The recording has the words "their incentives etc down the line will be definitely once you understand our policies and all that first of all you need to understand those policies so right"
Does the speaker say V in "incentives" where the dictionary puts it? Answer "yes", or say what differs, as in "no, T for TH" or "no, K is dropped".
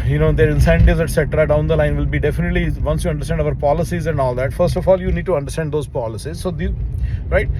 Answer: no, V is dropped